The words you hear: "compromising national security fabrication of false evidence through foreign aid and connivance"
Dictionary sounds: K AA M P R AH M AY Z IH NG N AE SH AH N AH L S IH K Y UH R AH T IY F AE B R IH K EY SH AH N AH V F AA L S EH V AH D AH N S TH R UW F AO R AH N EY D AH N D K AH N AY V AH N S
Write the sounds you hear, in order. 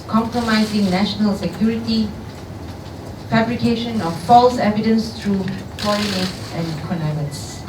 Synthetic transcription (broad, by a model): K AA M P R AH M AY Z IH NG N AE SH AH N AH L S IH K Y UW R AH T IY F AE B R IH K EY SH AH N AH F F AA L S EH V AH D AH N S T R UW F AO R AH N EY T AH N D K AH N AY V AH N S